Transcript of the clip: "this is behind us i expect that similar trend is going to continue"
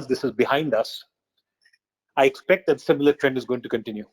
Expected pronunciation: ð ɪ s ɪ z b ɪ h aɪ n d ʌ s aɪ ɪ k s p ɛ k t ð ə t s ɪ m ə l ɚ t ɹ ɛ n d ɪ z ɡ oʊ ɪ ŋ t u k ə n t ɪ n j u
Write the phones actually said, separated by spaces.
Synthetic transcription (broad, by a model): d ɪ s ɪ z b ɪ h aɪ n d ʌ s aɪ ɪ k s p ɛ k t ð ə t s ɪ m ə l ɚ t ɹ ɛ n d ɪ z ɡ oʊ ɪ ŋ t u k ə n t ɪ n j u